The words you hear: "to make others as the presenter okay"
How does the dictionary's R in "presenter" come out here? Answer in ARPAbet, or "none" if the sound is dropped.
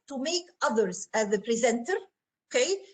R